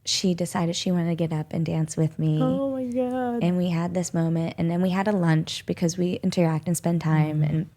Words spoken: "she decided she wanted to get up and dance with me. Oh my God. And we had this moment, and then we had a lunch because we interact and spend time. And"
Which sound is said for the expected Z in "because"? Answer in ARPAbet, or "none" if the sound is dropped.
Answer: Z